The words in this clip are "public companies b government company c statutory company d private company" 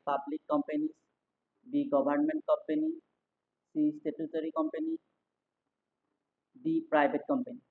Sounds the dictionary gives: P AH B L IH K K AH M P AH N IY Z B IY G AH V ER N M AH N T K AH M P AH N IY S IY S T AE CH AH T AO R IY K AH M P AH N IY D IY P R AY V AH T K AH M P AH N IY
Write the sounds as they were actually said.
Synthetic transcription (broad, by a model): P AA B L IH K K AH M P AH N IY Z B IY G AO B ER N M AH N T K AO M P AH N IY S IY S T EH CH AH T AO R IY K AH M P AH N IY D IY P R AY B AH T K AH M P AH N IY